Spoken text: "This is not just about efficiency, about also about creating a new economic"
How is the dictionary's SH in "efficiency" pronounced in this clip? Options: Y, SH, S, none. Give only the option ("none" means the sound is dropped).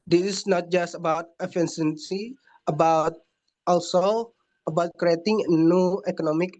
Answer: S